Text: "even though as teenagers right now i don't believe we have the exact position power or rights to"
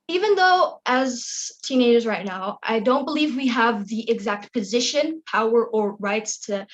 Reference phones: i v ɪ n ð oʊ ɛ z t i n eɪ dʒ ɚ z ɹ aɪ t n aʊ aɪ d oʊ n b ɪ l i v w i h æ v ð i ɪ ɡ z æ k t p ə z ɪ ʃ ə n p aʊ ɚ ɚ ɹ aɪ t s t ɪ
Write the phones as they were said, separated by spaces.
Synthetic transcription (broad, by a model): i v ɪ n ð oʊ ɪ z t i n eɪ dʒ ɚ z ɹ aɪ t n aʊ aɪ d oʊ n b ɪ l i v w i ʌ v ð i ɪ ɡ z æ k t p ə z ɪ ʃ ə n p aʊ ɚ ɚ ɹ aɪ t s t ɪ